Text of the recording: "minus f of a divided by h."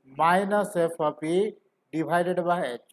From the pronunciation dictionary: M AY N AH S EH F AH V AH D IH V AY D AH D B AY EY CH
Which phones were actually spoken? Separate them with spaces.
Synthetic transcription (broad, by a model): M AY N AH S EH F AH P AH D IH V AY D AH D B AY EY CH